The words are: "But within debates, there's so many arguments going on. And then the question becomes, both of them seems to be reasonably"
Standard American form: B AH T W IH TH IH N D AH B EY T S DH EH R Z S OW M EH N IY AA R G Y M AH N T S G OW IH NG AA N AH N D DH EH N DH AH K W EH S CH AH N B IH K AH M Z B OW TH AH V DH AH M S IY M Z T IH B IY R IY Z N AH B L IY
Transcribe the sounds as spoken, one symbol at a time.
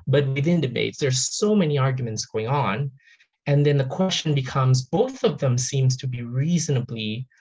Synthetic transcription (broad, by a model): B AH T W IH TH IH N D AH B EY T S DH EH R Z S OW M EH N IY AA R G Y M AH N T S G OW IH NG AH N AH N DH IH N DH AH K W EH S CH AH N B IH K AH M Z B OW TH AH V DH AH M S IY M Z T IH B IY R IY Z N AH B L IY